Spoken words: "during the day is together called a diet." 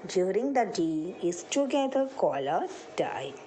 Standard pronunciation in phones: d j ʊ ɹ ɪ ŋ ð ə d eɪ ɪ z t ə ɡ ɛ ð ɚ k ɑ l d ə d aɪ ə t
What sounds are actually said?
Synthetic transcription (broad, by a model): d j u ɹ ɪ ŋ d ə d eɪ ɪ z t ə ɡ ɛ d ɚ k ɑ l ə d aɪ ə